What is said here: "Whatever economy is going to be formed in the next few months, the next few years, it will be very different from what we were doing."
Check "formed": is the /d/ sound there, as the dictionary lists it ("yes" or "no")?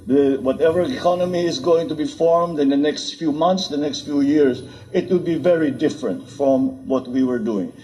yes